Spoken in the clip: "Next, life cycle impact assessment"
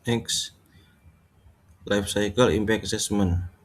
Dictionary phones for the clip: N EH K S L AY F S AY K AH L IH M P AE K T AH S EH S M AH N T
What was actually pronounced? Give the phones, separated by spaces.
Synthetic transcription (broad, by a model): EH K S L AY F S AY K AH L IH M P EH K AH S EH S M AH N